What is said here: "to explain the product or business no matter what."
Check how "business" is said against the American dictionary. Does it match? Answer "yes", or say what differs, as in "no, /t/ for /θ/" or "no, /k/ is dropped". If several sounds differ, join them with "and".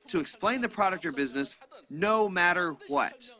yes